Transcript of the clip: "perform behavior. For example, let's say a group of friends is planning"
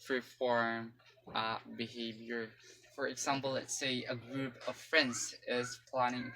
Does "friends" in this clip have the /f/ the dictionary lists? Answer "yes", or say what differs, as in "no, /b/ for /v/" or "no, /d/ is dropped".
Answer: yes